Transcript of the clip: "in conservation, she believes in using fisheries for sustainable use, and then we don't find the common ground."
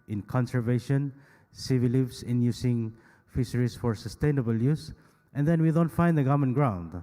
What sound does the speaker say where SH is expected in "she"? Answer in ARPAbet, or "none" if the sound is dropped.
S